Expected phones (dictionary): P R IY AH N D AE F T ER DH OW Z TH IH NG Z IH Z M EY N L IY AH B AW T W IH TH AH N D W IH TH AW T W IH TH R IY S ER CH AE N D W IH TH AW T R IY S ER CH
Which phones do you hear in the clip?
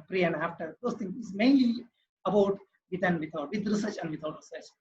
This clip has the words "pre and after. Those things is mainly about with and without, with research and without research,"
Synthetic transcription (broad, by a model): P R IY AH N D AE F T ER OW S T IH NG IH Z M EY N L IY AH B AW T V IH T AH N D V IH T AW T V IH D R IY S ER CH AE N D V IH T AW T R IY S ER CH